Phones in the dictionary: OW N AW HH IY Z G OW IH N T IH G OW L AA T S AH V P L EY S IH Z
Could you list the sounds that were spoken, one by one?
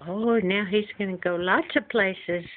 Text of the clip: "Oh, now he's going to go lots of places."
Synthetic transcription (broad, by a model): OW N AW HH IY Z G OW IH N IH G OW L AA T S AH V P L EY S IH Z